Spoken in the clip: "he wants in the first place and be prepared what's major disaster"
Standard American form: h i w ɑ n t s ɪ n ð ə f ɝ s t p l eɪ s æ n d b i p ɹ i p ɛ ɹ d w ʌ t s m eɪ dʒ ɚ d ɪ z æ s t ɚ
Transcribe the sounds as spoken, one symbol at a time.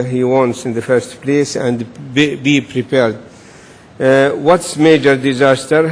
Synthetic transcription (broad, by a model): h i w ɑ n t s ɪ n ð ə f ɝ s t p l eɪ s æ n d b i p ɹ i p ɛ ɹ d w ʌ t s m eɪ dʒ ɚ d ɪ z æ s t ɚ